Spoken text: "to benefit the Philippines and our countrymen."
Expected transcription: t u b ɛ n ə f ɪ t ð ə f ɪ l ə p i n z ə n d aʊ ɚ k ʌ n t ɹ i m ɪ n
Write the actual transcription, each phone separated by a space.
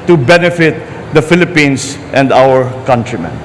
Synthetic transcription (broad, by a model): t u b ɛ n ə f ɪ t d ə f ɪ l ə p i n s ə n d aʊ ɚ k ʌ n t ɹ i m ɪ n